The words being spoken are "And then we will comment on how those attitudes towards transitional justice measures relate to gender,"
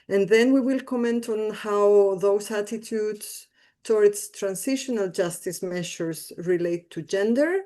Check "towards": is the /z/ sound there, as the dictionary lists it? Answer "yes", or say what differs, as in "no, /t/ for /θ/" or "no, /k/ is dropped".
no, /s/ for /z/